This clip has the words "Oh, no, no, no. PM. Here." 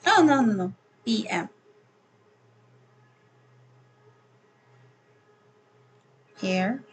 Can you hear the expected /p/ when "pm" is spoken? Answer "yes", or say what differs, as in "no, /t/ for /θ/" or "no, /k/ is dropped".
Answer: no, /b/ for /p/